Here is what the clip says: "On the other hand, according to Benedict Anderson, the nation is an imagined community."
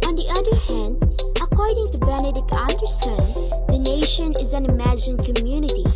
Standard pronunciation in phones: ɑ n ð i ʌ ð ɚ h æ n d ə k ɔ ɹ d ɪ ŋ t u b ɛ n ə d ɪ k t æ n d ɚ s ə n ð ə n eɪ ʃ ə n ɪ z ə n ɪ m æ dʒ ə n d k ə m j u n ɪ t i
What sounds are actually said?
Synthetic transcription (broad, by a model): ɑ n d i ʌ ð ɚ h æ n d ə k ɔ ɹ d ɪ ŋ t u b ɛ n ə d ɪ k ʌ n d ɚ s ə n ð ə n eɪ ʃ ə n ɪ z ə n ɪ m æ dʒ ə n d k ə m j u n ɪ t i